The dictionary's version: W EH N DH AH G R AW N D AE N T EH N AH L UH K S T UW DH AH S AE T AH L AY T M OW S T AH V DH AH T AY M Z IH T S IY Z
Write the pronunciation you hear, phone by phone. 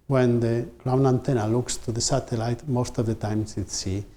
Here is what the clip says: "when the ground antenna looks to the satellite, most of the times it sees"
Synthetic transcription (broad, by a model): W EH N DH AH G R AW N AE N T EH N AH L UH K S T UW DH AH S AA T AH L AY T M OW S T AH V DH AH T AY M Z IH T S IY